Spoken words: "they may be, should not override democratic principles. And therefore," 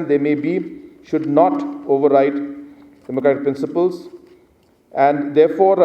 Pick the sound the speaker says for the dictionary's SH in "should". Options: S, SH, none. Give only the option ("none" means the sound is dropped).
SH